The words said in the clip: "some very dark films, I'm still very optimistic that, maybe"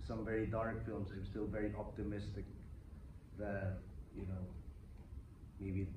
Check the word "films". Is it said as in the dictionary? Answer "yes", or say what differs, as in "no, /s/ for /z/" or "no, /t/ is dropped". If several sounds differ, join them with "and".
yes